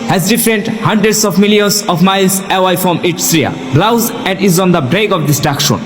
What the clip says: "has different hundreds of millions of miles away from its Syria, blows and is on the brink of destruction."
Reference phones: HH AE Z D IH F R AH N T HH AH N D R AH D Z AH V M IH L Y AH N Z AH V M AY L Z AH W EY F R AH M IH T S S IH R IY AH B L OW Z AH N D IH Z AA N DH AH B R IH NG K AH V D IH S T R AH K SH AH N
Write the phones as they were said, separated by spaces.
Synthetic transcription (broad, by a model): HH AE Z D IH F R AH N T HH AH N D R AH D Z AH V M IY L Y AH N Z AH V M AY L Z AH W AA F R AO M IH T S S R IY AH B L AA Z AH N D IH Z AA N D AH B R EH K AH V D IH S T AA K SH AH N